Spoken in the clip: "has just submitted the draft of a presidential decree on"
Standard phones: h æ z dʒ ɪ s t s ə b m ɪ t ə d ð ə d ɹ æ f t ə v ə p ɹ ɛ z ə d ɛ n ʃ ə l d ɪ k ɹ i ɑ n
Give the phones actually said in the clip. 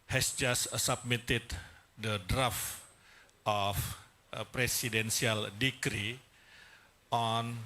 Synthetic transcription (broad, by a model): h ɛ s dʒ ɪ s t s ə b m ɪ t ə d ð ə d ɹ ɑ f t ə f p ɹ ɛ s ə d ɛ n s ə l d ɪ k ɹ i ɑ n